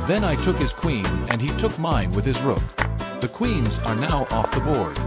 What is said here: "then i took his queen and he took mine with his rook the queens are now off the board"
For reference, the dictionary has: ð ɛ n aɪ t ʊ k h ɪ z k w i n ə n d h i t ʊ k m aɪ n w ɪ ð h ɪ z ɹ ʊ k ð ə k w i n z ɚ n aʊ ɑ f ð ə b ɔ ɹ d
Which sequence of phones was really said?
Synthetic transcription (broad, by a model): ð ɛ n aɪ t ʊ k h ɪ z k w i n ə n i t ʊ k m aɪ n w ɪ ð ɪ z ɹ ʊ k ð ə k w i n z ɚ n aʊ ɑ f ð ə b ɔ ɹ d